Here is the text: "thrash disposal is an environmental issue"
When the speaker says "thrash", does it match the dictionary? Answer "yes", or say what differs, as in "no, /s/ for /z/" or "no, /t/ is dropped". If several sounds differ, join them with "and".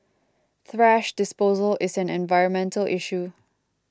yes